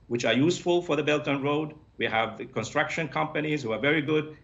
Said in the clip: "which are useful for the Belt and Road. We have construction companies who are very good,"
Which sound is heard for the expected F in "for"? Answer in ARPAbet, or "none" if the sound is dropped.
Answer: F